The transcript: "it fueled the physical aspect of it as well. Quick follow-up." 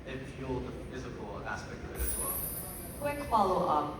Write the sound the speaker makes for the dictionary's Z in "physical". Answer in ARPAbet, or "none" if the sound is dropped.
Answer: Z